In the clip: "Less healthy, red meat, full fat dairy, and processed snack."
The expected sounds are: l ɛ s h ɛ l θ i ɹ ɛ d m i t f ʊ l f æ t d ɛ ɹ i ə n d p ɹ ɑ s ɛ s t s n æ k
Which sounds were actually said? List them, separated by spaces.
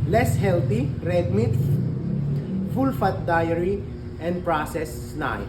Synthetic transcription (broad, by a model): l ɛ s h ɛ l t i ɹ ɛ d m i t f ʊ l f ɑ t d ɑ ɹ i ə n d p ɹ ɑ s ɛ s s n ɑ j